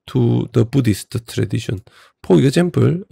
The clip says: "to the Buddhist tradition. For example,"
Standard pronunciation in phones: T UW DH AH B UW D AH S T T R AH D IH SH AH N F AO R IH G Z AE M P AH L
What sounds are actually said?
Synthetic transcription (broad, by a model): T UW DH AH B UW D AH S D T R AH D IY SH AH N P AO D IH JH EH M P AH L